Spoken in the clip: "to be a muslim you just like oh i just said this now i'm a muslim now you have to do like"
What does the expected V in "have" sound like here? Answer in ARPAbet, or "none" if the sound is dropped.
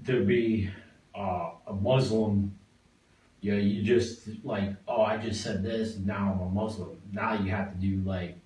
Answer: F